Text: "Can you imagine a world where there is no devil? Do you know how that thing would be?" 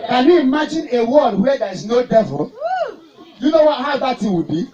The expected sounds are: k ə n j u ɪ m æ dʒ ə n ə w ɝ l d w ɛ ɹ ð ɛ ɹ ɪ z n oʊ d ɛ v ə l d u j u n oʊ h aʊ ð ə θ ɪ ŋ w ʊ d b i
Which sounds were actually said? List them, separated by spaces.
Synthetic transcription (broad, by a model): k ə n j u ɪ m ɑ dʒ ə n ə w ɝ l d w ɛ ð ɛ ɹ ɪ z n oʊ d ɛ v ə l j u n oʊ h aʊ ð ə t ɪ w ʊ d b i